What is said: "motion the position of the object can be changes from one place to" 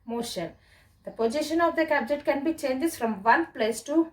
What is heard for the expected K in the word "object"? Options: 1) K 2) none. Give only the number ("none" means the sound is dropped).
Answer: 2